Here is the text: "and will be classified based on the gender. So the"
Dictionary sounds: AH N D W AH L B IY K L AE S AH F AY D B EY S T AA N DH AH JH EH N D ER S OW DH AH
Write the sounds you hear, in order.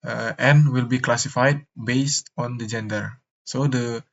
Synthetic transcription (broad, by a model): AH N W AH L B IY K L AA S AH F AY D B EY S T AA N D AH JH EH N D ER S OW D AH